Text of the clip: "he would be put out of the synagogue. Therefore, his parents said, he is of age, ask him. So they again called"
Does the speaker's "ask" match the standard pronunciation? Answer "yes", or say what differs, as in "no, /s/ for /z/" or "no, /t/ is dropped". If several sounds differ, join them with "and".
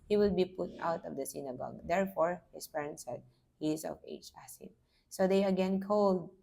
no, /k/ is dropped